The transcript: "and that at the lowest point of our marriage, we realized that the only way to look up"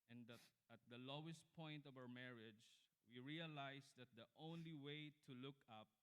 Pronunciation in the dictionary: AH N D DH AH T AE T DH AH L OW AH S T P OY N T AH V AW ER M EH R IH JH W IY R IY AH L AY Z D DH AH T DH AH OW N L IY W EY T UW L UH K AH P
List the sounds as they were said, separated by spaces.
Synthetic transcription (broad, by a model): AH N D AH T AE T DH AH L OW AH S T P OY N T AH V AW ER M EH R IH JH W IY R IY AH L AY S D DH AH T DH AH OW N L IY W EY T UW L UH K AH P